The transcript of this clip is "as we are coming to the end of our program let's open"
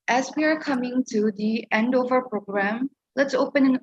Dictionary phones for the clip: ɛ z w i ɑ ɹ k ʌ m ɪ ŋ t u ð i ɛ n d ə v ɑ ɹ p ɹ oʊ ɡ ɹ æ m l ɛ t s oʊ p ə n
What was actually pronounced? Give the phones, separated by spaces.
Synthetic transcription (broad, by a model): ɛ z w i ɑ ɹ k ʌ m ɪ ŋ t u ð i ɛ n d ə v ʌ ɹ p ɹ oʊ ɡ ɹ æ m l ɛ t s oʊ p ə n